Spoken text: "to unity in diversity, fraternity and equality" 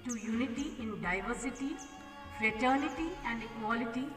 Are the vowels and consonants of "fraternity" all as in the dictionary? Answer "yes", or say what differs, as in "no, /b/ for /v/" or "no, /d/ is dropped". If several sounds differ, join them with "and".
yes